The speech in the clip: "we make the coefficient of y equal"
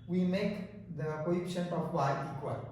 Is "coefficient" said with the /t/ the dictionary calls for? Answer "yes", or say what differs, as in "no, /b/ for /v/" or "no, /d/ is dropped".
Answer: no, /t/ is dropped